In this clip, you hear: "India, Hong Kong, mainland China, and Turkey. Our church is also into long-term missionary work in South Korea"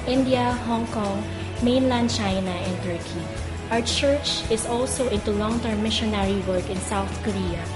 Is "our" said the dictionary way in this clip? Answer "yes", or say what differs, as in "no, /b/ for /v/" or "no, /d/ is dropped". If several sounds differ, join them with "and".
no, /w/ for /ɹ/